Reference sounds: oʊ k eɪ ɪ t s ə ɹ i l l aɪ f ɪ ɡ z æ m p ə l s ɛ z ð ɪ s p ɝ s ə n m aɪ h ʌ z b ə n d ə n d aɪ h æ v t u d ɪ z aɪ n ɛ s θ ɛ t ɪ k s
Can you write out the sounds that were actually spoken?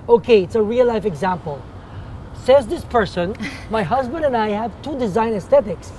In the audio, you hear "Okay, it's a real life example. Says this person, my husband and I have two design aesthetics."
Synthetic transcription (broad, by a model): oʊ k eɪ ɪ t s ə ɹ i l l aɪ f ɪ ɡ z æ m p ə l s ɛ z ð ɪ s p ɝ s ə n m aɪ h ʌ z b ə n d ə n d aɪ h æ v t u d ɪ z aɪ n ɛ s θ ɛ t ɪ k s